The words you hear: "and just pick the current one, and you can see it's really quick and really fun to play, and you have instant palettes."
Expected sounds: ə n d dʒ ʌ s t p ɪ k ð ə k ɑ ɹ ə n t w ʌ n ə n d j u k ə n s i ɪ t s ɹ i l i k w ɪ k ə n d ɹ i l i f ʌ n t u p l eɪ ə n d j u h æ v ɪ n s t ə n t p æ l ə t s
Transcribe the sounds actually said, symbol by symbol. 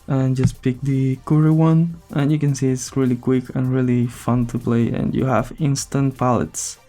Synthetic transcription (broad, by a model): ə n dʒ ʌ s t p ɪ k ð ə k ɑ ɹ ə w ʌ n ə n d j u k ə n s i ɪ t s ɹ i l i k w ɪ k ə n ɹ i l i f ʌ n t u p l eɪ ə n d j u h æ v ɪ n s t ə n t p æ l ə t s